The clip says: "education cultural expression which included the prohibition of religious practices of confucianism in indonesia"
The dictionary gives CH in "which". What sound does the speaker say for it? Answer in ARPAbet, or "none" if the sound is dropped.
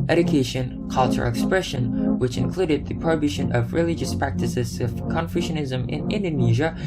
CH